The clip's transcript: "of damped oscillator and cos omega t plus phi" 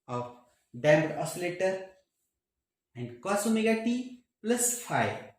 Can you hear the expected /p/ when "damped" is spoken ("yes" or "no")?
no